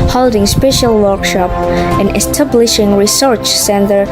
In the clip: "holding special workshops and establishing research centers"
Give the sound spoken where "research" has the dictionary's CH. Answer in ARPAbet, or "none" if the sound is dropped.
CH